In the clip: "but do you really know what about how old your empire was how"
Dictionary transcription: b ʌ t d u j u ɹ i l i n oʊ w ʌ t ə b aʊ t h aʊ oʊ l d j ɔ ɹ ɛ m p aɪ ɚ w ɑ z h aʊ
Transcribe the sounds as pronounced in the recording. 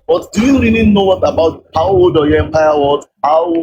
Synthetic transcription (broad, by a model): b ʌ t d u j u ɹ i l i n oʊ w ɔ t ə b aʊ t h aʊ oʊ d j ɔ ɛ m p aɪ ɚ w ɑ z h aʊ